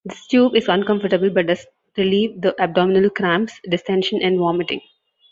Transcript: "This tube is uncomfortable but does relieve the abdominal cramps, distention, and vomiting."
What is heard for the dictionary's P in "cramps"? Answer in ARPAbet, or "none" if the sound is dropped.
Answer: none